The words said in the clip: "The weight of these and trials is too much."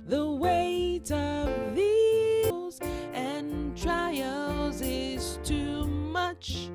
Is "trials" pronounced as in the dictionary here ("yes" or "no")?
yes